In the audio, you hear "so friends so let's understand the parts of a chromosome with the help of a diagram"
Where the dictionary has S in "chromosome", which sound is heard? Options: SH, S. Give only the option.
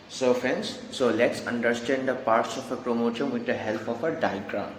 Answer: SH